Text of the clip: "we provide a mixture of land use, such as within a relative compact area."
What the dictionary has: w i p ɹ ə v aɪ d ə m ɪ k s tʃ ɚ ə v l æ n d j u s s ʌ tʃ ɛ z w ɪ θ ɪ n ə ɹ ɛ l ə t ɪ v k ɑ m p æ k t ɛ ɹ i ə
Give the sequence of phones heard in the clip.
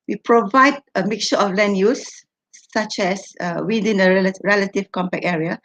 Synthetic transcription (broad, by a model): w i p ɹ ə v aɪ d ə m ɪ k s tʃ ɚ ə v l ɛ n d j u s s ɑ tʃ ɛ s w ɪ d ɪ n ə ɹ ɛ l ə t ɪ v k ɑ m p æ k ɛ ɹ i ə